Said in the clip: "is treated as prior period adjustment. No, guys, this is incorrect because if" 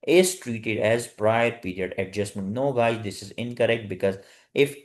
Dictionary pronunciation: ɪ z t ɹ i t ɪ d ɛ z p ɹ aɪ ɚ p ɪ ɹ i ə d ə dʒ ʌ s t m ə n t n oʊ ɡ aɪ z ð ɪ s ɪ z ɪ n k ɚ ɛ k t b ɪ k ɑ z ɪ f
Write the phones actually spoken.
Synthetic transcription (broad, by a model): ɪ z t ɹ i t ɪ d ɛ z p ɹ aɪ ɚ p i ɹ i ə d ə dʒ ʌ s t m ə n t n oʊ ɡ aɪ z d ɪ s ɪ z ɪ n k ɚ ɛ k t b ɪ k ɑ z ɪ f